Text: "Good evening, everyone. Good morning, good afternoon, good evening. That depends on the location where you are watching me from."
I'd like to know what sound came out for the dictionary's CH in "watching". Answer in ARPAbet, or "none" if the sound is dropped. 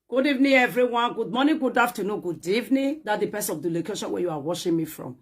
SH